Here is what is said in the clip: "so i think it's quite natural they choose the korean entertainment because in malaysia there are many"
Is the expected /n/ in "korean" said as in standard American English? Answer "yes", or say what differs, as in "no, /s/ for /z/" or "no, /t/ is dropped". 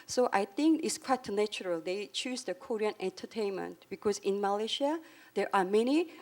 yes